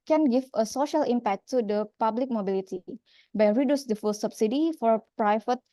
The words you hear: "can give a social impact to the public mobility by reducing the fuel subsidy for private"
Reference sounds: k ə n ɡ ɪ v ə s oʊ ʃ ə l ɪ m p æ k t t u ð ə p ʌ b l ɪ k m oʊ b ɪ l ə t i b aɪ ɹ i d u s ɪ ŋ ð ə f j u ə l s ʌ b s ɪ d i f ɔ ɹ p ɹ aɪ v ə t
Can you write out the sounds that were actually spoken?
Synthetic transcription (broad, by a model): k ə n ɡ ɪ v ə s oʊ ʃ ə l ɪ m p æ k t t u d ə p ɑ b l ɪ k m oʊ b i l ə t i b aɪ ɹ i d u s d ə f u l s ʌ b s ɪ d i f ɔ ɹ p ɹ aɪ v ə t